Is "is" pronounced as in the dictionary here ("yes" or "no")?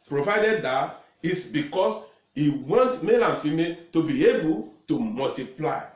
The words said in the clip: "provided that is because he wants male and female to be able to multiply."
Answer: no